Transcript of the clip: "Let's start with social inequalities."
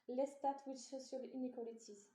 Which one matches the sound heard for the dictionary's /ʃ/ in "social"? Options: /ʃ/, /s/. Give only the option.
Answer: /s/